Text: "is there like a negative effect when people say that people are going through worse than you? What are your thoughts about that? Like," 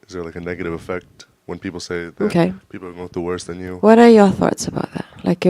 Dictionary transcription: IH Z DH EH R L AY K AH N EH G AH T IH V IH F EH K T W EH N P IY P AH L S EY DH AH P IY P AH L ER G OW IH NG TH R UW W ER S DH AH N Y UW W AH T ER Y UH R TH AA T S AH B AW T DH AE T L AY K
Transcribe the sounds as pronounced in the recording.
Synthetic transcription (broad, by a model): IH Z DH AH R L AY K AH N EH G AH T IH V IH F EH K T W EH N P IY P L S EY DH AH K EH P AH L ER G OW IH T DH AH W ER S DH AH N Y UW W AH T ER Y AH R TH AA T S AH B AW T DH AE T L AY K